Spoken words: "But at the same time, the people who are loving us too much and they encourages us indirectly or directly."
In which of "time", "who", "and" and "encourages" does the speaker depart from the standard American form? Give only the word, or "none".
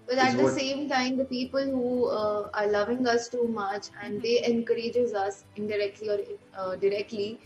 none